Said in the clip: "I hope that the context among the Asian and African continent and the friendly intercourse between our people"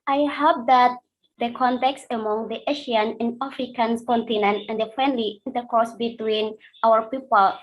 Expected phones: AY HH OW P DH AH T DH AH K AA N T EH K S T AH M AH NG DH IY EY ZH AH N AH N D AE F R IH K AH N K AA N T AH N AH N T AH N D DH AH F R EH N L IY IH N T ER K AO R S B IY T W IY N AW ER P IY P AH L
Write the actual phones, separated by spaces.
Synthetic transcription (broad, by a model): AY HH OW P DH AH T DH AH K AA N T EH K S AH M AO NG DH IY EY SH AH N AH N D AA F R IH K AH N K AA N T AH N AH N T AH N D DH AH F R EH N L IY IH N T ER K AO R S B IY T W IY N AW ER P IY P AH L